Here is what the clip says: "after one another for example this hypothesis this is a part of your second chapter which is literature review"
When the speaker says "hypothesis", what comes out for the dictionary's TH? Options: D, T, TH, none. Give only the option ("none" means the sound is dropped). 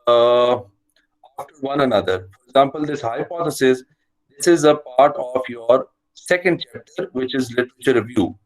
T